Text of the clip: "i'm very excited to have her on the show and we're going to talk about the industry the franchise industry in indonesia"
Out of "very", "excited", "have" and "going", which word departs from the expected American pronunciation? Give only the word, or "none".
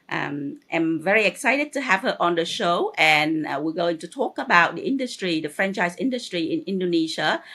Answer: none